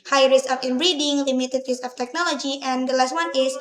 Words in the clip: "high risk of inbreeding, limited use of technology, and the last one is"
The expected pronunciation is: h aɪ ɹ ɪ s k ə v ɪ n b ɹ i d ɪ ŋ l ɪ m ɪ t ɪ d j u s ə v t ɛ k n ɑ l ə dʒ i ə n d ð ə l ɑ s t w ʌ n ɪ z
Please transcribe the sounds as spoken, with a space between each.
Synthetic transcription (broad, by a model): h aɪ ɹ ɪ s ə f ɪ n b ɹ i d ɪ ŋ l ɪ m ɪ t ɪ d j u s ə f t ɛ k n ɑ l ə dʒ i ə n d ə l ɑ s t w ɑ n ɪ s